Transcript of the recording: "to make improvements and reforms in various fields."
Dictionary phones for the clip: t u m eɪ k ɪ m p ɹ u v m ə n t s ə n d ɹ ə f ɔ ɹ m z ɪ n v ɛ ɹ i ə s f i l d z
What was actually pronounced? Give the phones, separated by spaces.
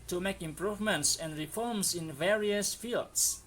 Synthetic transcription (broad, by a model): t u m eɪ k ɪ m p ɹ u v m ə n t s ə n d ɹ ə f ɔ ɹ m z ɪ n v ɛ ɹ i ə s f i l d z